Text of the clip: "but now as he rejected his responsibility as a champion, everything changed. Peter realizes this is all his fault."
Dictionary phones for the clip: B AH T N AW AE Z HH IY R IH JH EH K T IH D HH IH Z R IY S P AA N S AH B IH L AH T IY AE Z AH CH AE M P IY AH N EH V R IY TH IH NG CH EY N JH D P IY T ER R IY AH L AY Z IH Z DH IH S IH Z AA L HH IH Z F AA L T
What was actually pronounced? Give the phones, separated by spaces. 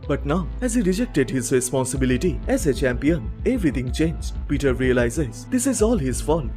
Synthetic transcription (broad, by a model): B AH T N AW AE Z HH IY R IH JH EH K T IH D HH IH Z R IY S P AA N S AH B IH L AH T IY AE Z AH CH AE M P IY AH N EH V R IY T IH NG CH EY N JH P IY T ER R IY AH L AY Z IH Z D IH S IH Z AA L HH IH Z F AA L